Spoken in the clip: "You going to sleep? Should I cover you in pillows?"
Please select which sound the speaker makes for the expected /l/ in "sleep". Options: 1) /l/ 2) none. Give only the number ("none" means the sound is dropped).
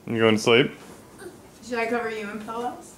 1